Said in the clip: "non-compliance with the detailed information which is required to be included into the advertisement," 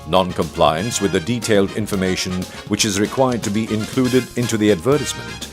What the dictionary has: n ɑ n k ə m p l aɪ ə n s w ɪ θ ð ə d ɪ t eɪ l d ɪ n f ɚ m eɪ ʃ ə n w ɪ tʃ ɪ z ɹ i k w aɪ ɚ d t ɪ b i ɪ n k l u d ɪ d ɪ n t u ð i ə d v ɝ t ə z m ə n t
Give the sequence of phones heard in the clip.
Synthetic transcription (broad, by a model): n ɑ n k ə m p l aɪ ə n s w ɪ ð ə d ɪ t eɪ l d ɪ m f ɚ m eɪ ʃ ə n w ɪ tʃ ɪ z ɹ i k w aɪ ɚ d t ɪ b i ɪ n k l u d ɪ d ɪ n t u ð i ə d v ɝ t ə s m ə n t